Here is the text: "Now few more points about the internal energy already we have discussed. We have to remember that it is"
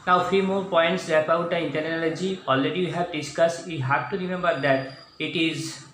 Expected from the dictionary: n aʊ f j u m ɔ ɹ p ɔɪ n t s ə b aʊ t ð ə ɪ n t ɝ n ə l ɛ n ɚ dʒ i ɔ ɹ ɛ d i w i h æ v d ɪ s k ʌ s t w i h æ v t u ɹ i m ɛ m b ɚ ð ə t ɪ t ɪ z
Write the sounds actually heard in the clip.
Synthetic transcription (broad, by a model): n aʊ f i m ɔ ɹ p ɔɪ n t s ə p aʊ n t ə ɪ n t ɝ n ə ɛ l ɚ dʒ i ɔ l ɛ d i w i h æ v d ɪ s k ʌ s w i h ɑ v t u ɹ i m ɛ m b ɚ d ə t ɪ t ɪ z